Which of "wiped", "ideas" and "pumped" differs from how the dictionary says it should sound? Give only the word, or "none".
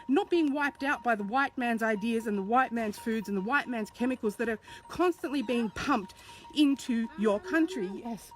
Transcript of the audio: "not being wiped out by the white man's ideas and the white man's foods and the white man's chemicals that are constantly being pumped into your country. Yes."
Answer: none